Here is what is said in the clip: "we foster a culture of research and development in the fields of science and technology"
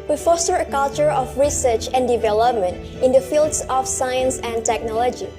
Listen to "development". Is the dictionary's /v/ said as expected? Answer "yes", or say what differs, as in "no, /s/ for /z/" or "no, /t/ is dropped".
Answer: yes